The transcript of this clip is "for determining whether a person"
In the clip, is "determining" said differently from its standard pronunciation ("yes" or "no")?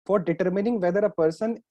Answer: no